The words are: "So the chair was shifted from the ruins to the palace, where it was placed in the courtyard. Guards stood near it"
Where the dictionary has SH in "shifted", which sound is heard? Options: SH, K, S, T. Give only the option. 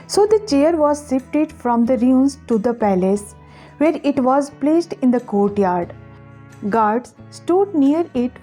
S